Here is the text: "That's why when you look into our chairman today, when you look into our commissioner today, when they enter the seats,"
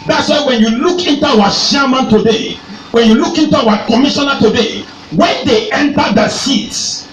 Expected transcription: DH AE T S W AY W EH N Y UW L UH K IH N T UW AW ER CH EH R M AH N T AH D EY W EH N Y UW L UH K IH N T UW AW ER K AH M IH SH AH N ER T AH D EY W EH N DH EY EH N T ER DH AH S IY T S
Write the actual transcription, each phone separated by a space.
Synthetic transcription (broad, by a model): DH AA T S W AY W EH N Y UW L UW K IH N T UW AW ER SH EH M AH N T AH D EY W EH N Y UW L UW K IH N T UW AW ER K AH M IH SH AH N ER T AH D EY W EH N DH EY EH N T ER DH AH S IY T S